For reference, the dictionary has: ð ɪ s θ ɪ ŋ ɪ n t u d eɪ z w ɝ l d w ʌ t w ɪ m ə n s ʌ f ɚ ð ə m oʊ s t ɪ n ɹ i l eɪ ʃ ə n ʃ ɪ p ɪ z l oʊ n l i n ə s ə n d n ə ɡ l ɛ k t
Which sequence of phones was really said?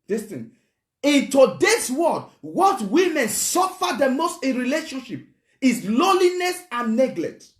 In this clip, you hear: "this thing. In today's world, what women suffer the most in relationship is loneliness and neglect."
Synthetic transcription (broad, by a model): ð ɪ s t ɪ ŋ ɪ n t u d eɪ s w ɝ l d w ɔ t w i m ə n s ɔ f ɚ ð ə m oʊ s t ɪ ɹ i l eɪ ʃ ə n ʃ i p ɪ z l oʊ l i n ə s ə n n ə ɡ l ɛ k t